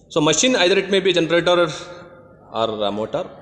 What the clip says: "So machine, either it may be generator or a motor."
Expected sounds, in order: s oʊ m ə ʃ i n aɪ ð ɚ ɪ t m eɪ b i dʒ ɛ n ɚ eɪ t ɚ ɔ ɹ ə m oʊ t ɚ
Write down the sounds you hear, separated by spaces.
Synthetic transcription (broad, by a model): s oʊ m ə ʃ i n aɪ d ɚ ɪ t m eɪ b i dʒ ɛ n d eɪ t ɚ ɔ ɹ m oʊ t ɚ